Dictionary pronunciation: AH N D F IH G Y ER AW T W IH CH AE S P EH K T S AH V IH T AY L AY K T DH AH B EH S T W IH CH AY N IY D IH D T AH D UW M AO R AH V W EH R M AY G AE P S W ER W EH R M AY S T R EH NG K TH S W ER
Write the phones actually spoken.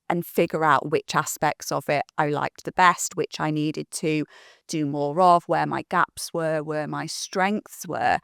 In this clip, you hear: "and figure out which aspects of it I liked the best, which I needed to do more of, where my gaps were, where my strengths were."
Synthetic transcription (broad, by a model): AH N F IH G Y ER AW T W IH CH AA S P EH K T S AH V IH T AY L AY K DH AH B EH S T W IH CH AY N IY D IH D T AH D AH M AO R AH V W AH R M AY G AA P S W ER W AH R M AY S T R EH NG K TH S W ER